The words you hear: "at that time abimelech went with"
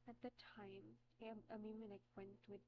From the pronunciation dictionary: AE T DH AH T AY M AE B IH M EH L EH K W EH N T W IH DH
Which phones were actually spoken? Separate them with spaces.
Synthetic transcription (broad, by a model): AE T DH AH T AY M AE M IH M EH N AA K W EH N T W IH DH